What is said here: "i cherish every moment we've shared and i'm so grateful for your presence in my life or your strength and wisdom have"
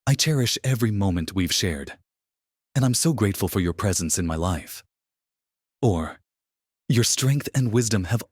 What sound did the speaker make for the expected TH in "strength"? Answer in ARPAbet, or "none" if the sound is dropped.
TH